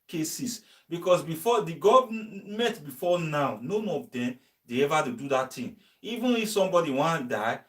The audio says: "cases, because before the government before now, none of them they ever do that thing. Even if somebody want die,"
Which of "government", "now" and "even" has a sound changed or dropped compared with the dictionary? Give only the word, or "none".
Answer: government